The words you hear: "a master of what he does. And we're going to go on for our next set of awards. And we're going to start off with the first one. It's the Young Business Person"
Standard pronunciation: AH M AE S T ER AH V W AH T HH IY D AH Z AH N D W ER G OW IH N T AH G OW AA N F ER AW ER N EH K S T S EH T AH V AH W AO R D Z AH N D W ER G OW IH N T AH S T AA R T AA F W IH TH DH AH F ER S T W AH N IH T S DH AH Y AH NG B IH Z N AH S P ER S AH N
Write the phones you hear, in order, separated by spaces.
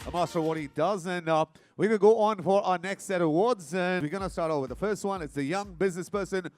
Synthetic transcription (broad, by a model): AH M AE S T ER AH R W AH T HH IY D AH Z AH N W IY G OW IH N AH G OW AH N F ER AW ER N EH K S T S EH T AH AH W AO R D Z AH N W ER G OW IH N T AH S T AA R T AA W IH DH AH F ER S T W AH N IH T S DH AH Y AH NG B IH Z N AH S P ER S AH N